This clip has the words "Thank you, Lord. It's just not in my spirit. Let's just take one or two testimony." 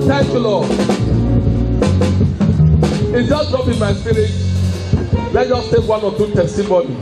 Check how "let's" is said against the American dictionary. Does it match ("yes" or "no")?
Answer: no